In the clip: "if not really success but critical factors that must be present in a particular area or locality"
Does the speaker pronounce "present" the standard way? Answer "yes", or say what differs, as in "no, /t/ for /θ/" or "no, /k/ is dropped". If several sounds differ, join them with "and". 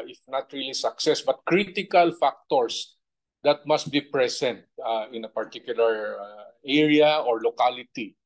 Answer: no, /s/ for /z/